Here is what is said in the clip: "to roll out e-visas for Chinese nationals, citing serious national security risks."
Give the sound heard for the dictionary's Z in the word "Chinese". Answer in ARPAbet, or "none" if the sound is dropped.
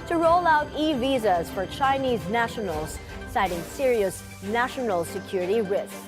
Z